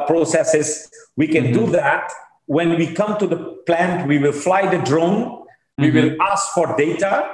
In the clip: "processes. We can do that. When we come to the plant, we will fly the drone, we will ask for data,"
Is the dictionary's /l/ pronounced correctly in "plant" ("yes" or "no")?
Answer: yes